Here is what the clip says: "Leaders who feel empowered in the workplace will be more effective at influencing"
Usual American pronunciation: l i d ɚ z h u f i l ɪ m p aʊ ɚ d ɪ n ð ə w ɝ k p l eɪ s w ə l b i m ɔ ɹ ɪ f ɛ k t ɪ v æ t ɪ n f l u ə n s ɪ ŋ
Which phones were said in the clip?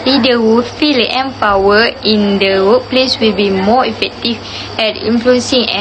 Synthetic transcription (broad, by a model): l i d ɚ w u f i l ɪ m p aʊ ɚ ɪ n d ə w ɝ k p l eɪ s w ə l b i m ɔ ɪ f ɛ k t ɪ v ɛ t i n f l u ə n s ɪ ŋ